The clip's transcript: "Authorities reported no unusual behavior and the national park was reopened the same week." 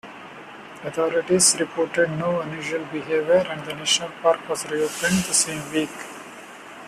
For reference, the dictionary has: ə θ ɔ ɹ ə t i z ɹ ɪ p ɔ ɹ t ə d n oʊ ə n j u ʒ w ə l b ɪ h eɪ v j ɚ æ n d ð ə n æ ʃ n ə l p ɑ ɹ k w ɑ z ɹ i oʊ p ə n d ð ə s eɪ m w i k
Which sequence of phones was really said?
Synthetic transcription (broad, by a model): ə t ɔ ɹ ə t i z ɹ ɪ p ɔ ɹ t ə d n oʊ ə n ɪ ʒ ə l b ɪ h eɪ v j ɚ æ n d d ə n æ ʃ n ə l p ɑ ɹ k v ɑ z ɹ i oʊ p ə n d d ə s eɪ m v i k